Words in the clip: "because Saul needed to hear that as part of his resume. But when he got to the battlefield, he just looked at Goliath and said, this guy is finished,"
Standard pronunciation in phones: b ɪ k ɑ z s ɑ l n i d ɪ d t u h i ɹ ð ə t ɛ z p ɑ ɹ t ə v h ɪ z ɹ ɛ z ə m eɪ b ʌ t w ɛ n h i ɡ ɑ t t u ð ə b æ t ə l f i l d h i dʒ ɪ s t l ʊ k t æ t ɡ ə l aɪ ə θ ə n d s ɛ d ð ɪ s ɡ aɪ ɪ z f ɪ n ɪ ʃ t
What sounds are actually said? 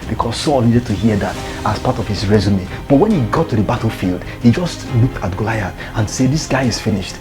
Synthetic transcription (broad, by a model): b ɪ k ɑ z s ɑ l n i d ɪ d t u h i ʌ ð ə t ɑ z p ɑ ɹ t ə v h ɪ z ɹ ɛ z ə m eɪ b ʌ t w ɛ n h i ɡ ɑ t t u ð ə b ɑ t l f i l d h i dʒ ɪ s t l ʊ k t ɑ t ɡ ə l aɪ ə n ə n s ɛ d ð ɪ s ɡ aɪ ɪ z f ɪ n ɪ ʃ t